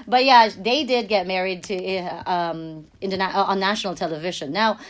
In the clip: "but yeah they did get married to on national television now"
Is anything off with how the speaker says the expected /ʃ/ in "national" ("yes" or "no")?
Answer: yes